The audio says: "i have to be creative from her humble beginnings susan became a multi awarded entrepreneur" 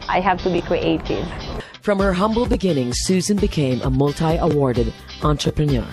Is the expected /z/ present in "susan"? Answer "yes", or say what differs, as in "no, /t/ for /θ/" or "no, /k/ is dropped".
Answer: yes